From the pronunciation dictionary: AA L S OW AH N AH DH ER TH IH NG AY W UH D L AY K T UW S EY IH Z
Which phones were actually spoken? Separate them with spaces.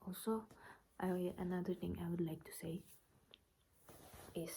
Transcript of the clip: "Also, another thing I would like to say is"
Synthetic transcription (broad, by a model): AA L S OW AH N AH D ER T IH NG AY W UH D L AY K T UW S EY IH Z